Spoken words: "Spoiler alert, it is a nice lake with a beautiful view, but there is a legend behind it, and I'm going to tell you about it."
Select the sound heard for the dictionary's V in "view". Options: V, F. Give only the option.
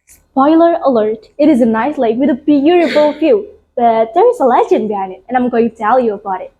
F